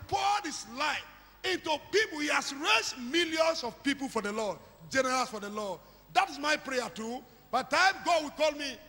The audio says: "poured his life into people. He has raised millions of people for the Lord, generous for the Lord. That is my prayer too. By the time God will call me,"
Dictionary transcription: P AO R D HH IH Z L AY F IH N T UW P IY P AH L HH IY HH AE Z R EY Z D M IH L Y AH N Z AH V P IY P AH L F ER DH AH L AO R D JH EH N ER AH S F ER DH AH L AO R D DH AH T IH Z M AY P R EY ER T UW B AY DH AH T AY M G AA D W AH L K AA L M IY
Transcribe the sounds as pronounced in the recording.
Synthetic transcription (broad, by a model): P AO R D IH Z L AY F IH N T UW P IY P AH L HH IY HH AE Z R EY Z M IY L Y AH N S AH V P IY P AH L F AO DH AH L AO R D JH EH N ER AH S F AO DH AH L AO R D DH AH T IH S M AY P R EY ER T UW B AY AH T AY M G AA D W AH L K AA L M IY